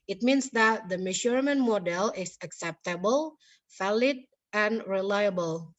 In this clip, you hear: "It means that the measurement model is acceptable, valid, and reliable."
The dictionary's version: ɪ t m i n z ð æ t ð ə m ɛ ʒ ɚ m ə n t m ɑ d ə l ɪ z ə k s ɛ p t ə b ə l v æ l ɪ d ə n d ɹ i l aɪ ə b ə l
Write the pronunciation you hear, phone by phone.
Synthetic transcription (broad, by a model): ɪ t m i n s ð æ t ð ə m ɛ ʃ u m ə n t m ɑ d ə l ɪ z ə k s ɛ p t ə b ə l f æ l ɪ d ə n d ɹ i l aɪ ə b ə l